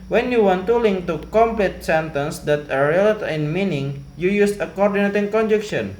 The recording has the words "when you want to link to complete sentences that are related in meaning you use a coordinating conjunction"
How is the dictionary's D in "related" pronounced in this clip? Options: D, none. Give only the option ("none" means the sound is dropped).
none